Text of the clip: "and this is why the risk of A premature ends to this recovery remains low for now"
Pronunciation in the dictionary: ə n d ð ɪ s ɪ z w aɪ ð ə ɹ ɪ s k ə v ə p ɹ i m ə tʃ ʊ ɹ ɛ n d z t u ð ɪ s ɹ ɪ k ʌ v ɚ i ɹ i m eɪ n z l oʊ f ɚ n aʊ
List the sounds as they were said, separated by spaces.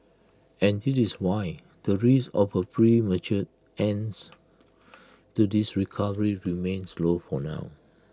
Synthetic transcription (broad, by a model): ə n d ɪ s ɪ s w aɪ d ə ɹ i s ə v ə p ɹ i m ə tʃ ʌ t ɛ n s t u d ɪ s ɹ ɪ k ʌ v ɚ i ɹ i m eɪ n s l oʊ f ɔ n aʊ